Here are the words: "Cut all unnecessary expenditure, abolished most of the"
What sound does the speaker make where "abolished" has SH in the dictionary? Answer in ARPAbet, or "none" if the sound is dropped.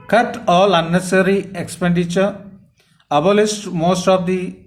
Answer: S